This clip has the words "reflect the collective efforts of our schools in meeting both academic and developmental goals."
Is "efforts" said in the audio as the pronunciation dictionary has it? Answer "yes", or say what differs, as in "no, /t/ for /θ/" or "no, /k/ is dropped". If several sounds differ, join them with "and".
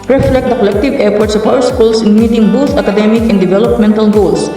no, /p/ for /f/